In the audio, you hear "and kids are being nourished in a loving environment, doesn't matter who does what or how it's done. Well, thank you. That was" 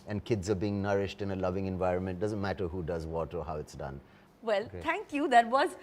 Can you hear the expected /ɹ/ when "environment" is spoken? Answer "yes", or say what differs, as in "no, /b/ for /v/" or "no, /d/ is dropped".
yes